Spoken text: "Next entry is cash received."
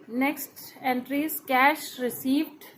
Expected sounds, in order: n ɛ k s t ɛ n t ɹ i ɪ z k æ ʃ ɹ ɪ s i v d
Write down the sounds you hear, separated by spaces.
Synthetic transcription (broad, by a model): n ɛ k s t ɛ n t ɹ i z k æ ʃ ɹ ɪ s i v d